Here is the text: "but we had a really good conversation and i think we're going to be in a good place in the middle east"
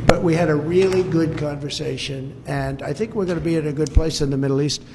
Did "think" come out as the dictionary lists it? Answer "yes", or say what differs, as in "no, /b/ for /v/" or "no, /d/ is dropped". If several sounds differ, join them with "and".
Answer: yes